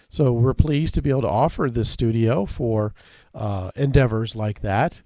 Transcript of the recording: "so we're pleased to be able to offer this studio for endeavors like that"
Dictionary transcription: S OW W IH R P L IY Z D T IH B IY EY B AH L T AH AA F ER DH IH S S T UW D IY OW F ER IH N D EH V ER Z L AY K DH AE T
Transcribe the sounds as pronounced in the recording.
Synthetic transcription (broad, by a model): S OW W IH R P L IY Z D T IH B IY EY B L T AH AA F ER DH IH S S T UW D IY OW F ER IH N D EH V ER Z L AY K DH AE T